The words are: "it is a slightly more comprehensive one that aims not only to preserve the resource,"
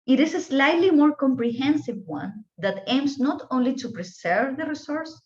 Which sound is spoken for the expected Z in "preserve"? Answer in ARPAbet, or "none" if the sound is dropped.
S